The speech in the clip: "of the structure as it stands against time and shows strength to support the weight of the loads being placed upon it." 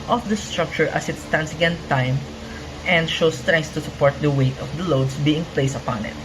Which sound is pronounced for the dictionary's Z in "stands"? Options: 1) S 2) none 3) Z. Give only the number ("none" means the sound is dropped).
1